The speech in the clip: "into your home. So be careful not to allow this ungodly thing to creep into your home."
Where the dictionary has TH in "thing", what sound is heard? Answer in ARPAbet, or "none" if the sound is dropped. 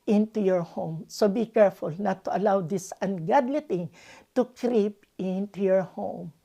T